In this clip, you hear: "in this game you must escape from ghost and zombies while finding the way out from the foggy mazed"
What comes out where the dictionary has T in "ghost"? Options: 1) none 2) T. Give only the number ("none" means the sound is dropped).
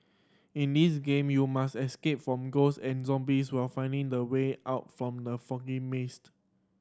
1